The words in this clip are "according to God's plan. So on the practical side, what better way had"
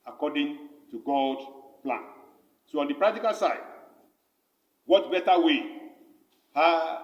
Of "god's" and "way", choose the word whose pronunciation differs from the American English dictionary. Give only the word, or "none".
god's